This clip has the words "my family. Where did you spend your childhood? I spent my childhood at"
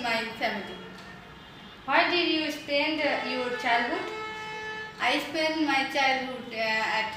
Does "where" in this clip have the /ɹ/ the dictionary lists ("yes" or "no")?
no